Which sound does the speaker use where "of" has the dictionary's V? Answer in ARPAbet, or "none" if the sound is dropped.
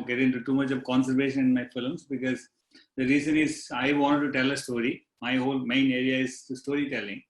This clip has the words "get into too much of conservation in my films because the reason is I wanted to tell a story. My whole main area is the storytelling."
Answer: V